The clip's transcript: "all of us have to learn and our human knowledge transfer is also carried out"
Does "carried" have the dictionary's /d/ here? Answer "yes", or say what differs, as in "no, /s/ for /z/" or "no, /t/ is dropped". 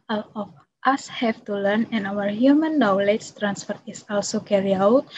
no, /d/ is dropped